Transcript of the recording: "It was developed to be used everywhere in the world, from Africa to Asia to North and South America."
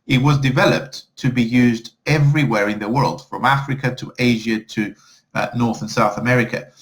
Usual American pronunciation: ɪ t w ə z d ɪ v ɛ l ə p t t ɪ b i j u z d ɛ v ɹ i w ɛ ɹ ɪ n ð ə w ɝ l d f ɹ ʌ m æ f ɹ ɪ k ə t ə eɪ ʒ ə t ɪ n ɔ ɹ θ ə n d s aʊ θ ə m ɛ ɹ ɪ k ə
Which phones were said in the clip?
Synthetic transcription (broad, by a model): ɪ t w ə z d ɪ v ɛ l ə p t t ɪ b i j u z d ɛ v ɹ i w ɛ ɹ ɪ n ð ə w ɝ l d f ɹ ʌ m æ f ɹ ɪ k ə t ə eɪ ʒ ə t ɪ n ɔ ɹ θ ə n s aʊ θ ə m ɛ ɹ ɪ k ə